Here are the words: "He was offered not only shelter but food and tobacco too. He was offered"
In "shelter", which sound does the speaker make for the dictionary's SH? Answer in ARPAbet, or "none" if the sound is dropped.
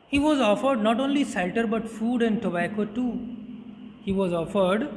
S